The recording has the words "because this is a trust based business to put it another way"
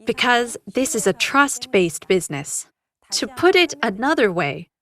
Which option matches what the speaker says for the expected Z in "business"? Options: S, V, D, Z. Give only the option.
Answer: Z